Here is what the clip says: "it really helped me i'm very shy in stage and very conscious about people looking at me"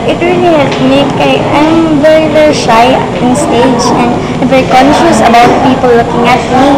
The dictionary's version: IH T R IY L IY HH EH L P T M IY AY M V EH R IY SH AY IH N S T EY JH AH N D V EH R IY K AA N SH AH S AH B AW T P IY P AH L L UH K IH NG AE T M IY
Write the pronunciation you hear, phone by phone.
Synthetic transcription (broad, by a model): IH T R IY L IY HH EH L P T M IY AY M V EH R IY SH AY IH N S T EY JH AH N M V EH R IY K AA N SH AH S AH B AW T P IY P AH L L UH K IH NG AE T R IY